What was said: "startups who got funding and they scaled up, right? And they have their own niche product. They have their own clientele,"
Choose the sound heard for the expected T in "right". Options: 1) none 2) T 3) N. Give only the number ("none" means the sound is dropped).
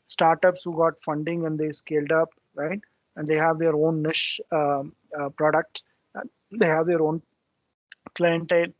2